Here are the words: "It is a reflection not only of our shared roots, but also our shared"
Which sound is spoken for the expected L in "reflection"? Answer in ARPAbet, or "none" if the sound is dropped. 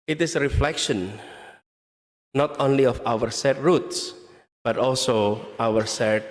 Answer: L